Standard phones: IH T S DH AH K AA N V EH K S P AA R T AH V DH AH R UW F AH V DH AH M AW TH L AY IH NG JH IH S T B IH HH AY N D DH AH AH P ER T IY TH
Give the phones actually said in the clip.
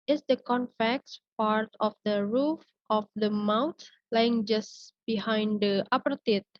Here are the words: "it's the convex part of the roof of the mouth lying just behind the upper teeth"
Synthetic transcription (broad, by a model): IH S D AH K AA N F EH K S P AA R T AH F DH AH R UW F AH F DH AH M AW T L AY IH NG JH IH S B IH HH AY N D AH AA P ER T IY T